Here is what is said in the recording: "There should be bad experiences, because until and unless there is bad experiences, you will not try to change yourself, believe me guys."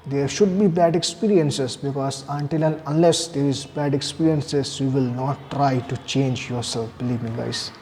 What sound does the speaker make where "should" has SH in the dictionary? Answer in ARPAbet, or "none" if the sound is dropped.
SH